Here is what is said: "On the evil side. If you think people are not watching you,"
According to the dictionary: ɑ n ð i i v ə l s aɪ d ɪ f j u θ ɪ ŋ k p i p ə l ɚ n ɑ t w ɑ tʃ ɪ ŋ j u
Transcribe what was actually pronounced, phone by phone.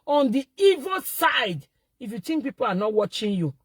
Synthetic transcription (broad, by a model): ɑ n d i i v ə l s aɪ d ɪ f j u t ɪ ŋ k p i p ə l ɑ n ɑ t w ɑ tʃ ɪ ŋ j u